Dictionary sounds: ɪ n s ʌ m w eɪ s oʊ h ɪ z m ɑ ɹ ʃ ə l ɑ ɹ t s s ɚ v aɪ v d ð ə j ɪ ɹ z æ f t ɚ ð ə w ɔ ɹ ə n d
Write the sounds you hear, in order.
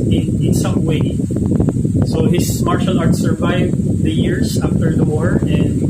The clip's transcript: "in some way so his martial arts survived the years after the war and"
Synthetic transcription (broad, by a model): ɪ n s ʌ m w eɪ s oʊ h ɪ s m ɑ ɹ ʃ ə l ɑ ɹ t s s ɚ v aɪ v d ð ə j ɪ ɹ s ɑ f t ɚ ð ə w ɔ ɹ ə n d